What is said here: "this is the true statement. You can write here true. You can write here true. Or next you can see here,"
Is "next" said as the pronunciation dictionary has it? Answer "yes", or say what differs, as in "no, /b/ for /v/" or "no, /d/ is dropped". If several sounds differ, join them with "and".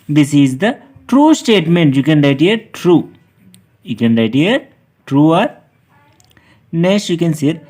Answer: no, /k/ is dropped